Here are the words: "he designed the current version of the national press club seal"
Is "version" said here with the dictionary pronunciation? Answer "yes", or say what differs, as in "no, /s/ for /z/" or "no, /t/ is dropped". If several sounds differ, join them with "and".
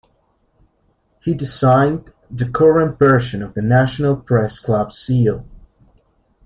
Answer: no, /ʃ/ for /ʒ/